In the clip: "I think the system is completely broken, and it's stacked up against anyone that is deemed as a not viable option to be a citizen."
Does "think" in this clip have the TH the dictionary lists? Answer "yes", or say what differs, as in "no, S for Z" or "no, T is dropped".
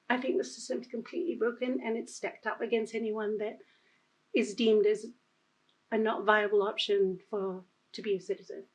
yes